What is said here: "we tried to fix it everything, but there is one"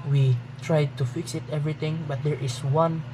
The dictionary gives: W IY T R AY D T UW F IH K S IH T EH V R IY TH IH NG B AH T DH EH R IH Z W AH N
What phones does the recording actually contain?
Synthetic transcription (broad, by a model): W IY T R AY D T UW F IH K S IH T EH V R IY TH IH NG B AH T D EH R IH S W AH N